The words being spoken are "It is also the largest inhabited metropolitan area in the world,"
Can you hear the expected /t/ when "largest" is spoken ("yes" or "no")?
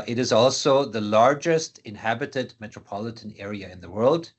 yes